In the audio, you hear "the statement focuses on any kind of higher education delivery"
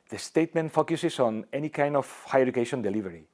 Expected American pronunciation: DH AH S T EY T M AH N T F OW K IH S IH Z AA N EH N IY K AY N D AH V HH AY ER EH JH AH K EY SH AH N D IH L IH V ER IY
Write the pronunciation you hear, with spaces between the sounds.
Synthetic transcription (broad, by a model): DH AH S T EY T M AH N T F OW K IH S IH S AA N EH N IY K AY N D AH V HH AY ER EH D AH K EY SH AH N D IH L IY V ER IY